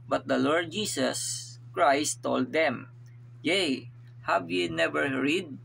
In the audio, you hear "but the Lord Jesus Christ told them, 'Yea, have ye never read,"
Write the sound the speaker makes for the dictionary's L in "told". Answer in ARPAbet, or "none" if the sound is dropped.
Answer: L